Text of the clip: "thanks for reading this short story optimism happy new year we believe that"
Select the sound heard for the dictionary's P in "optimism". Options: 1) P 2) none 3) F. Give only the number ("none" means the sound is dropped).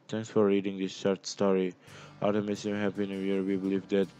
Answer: 2